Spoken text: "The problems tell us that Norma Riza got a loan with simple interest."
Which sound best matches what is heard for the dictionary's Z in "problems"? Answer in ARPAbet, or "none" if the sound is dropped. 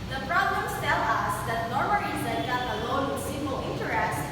S